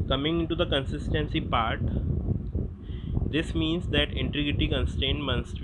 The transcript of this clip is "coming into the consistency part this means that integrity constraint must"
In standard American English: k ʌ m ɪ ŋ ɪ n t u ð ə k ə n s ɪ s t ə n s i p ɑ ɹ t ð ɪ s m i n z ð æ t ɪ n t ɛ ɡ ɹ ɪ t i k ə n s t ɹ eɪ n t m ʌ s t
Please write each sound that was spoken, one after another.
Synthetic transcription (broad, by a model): k ʌ m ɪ ŋ ɪ n t u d ə k ə n s ɪ s t ə n s i p ɑ ɹ t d ɪ s m i n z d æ t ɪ n t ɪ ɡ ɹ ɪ t i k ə n s t eɪ n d m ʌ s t